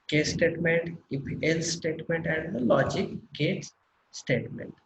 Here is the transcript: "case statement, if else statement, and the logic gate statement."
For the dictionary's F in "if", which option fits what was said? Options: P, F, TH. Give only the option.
P